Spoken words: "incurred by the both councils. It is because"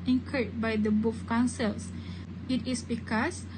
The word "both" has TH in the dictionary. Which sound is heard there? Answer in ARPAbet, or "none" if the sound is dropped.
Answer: F